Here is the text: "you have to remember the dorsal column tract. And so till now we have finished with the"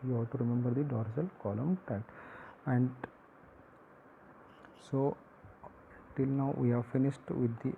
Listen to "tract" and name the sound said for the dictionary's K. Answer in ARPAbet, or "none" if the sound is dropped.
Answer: none